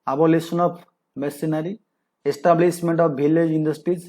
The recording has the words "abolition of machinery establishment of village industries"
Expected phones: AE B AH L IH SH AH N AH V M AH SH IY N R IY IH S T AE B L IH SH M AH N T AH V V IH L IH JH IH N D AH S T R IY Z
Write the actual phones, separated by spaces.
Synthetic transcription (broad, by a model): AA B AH L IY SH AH N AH P M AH S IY N R IY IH S T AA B L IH S M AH N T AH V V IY L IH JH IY N D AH S T R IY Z